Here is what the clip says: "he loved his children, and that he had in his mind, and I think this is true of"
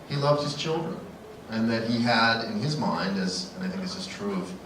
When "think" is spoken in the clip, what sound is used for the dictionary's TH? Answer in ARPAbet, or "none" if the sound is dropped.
TH